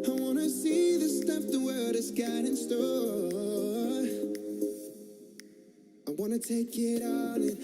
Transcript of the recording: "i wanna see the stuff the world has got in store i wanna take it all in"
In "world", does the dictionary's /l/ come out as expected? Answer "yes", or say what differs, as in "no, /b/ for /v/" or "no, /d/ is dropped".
no, /l/ is dropped